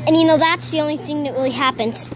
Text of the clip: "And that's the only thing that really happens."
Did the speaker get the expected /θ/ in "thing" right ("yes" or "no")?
yes